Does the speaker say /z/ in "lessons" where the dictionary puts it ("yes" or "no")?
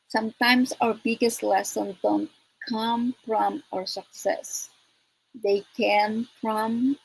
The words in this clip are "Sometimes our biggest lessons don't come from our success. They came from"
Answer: no